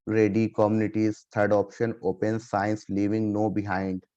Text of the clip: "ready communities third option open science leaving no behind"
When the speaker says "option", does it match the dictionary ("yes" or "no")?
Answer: yes